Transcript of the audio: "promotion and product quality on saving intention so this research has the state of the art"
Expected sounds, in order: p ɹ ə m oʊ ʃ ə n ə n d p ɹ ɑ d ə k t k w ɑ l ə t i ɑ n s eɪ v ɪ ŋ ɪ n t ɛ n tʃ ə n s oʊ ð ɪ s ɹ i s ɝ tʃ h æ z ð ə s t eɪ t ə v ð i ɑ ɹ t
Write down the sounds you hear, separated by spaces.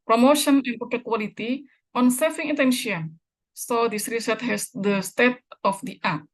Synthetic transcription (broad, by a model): p ɹ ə m oʊ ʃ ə n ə n p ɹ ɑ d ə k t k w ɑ l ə t i ɑ n s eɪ f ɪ ŋ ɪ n t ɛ n ʃ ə n s oʊ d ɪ s ɹ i s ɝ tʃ h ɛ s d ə s t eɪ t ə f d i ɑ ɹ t